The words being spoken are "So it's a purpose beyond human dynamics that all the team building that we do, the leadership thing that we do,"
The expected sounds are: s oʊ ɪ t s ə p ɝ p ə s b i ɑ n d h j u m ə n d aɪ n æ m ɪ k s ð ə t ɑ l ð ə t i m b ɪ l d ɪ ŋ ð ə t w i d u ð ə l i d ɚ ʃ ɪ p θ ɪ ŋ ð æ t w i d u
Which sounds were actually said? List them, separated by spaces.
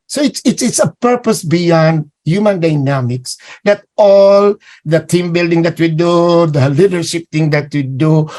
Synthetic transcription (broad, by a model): s oʊ ɪ t s ə p ɝ p ə s b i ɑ n d h j u m ə n d aɪ n æ m ɪ k s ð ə t ɑ l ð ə t i m b ɪ l d ɪ ŋ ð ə t w i d u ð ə l i d ɚ ʃ ɪ p t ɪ ŋ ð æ t w i d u